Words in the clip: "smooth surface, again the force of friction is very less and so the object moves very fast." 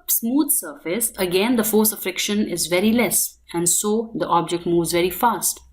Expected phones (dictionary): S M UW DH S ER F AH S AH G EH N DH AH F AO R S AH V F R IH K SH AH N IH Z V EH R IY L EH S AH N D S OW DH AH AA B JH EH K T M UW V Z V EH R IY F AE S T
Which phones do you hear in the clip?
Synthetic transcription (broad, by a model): S M UW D S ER F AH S AH G EH N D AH F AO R S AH F R IH K SH AH N IH Z V EH R IY L EH S AH N D S OW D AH AA B JH EH K T M UW V Z V EH R IY F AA S T